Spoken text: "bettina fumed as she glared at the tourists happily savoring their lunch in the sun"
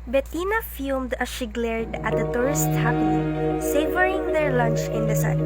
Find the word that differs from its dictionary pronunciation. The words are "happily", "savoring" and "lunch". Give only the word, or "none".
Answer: happily